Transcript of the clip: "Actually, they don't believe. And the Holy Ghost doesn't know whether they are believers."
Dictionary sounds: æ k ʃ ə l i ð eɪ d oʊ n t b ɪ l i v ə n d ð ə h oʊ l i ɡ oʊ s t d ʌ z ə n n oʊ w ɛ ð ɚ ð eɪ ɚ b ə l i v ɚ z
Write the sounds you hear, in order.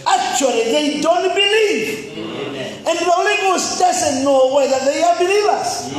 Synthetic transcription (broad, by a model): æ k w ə l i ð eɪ d oʊ n t b ɪ l i v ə n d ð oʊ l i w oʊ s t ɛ s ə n n oʊ w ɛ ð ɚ ð eɪ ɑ b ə l i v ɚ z